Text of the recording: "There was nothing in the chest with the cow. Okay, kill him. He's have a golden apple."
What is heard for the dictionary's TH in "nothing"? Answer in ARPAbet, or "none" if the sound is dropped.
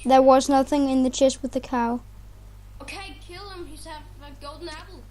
TH